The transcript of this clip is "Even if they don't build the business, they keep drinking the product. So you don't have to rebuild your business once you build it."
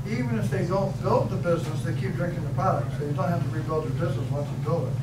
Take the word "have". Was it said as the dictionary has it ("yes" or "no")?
no